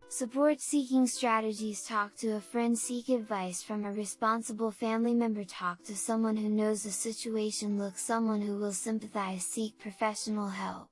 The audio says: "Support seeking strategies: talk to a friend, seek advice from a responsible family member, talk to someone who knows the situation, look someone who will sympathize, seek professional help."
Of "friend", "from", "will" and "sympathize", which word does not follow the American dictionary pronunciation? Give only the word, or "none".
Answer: none